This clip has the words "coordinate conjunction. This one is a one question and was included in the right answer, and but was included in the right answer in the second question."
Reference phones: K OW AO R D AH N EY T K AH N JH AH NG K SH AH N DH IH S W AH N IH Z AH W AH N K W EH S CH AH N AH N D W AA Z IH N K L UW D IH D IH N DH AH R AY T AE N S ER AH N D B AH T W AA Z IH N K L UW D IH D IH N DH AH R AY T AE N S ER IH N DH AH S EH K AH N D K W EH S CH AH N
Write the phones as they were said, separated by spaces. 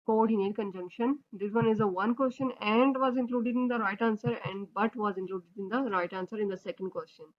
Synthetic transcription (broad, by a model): K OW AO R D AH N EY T K AH N JH AH NG K SH AH N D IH S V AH N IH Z AH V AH N K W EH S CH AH N AH N D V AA Z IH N K L UW D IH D IH N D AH R AY T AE N S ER AH N D B AH T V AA Z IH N K L UW D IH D IH N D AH R AY T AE N S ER IH N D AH S EH K AH N D K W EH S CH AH N